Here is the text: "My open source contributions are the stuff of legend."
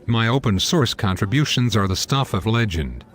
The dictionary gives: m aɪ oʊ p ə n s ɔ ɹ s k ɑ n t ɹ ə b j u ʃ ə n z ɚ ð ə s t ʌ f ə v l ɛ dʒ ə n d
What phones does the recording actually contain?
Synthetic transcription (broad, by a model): m aɪ oʊ p ə n s ɔ ɹ s k ɑ n t ɹ ə b j u ʃ ə n z ɚ ð ə s t ʌ f ə v l ɛ dʒ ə n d